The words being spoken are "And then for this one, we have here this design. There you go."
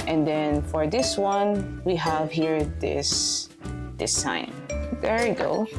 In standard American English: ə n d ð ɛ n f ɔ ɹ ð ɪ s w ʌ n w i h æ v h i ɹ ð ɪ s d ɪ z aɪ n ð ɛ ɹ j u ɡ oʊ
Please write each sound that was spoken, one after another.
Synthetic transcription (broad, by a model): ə n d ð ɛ n f ɔ ɹ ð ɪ s w ʌ n w i h æ v h i ɹ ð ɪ s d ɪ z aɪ n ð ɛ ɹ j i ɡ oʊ